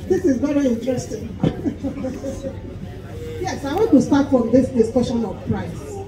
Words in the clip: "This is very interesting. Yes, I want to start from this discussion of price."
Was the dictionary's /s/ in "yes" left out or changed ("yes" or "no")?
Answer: no